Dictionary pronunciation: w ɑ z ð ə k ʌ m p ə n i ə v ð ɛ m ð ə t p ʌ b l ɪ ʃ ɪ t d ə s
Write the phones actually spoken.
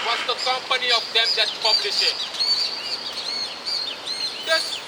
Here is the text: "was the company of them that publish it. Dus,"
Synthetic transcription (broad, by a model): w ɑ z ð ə k ʌ m p ə n i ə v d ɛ m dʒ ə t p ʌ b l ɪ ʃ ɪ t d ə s